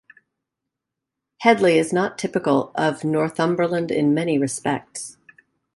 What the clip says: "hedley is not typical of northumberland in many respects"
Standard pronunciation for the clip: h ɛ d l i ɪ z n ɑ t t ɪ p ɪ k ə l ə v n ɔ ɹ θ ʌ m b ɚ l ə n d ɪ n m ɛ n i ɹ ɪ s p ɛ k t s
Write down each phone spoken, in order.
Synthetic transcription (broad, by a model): h ɛ d l i ɪ z n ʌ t t ɪ p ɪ k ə l ə v n ɔ ɹ θ ʌ m b ɚ l ə n d ɪ n m ɛ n i ɹ ɪ s p ɛ k t s